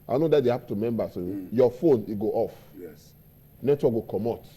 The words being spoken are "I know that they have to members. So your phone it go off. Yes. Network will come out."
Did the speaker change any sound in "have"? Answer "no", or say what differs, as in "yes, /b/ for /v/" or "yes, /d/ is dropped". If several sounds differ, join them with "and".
yes, /p/ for /v/